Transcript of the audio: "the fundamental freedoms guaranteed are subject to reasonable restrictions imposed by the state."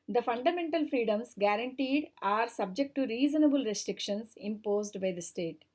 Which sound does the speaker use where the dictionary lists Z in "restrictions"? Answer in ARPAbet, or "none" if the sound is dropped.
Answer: S